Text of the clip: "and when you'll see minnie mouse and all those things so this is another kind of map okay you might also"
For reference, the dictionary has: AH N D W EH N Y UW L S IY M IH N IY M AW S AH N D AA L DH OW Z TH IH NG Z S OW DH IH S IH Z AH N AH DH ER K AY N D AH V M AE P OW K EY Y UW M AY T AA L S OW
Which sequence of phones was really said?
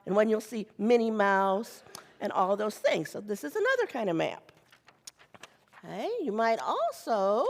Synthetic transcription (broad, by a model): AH N W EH N Y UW L S IY M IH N IY M AW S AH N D AA L DH OW Z TH IH NG Z S OW DH IH S IH Z AH N AH DH ER K AY N D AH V M AE P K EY Y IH M AY T AA L S OW